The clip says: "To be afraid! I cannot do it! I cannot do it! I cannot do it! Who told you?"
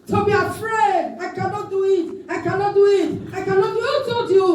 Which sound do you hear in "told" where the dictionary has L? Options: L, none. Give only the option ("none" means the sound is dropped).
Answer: none